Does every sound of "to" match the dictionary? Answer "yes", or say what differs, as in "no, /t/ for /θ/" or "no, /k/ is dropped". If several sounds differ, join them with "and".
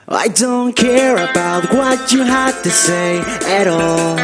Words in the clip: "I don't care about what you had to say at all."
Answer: yes